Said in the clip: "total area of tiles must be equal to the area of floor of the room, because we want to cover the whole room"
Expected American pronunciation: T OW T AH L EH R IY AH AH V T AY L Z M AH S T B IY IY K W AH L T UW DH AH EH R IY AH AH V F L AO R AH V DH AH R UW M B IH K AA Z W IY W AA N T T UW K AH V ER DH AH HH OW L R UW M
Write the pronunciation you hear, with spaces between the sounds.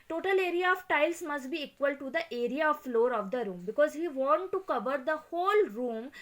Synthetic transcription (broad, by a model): T OW T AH L EH R IY AH AH V T AY L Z M AH S T B IY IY K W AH L T UW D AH EH R IY AH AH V F L AO R AH V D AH R UW M B IH K AA Z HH IY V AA N T T UW K AH V ER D AH HH OW L R UW M